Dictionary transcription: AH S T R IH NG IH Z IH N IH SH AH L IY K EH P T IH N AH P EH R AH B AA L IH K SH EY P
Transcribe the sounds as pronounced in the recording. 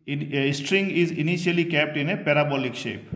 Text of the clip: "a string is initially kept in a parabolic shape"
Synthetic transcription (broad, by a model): S T R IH NG IH Z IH N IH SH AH L IY K EH P T IH N AH P EH R AH B AA L IH K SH EY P